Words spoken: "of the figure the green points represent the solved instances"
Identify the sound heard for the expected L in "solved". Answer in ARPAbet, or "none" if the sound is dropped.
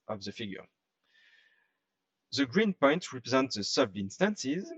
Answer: none